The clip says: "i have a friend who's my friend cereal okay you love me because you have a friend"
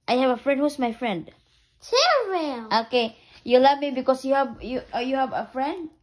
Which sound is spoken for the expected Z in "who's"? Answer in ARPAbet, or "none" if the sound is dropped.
S